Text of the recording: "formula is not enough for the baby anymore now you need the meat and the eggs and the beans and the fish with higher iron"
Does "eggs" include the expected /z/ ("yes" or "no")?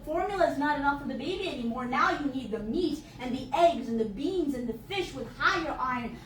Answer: yes